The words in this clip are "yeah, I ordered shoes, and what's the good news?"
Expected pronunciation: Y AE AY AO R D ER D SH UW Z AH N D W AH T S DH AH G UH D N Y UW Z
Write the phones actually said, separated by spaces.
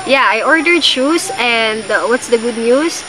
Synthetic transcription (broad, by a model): Y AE AY AO R D ER D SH UW S AH N D W AH T S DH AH G UH D N Y UW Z